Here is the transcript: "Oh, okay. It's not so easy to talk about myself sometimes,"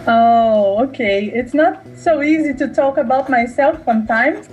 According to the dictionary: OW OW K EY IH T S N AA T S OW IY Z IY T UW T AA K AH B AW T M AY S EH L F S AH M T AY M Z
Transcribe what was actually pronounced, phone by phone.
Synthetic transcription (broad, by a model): OW OW K EY IH T S N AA T S OW IY Z IY T UW T AA K AH B AW T M AY S EH L F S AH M T AY M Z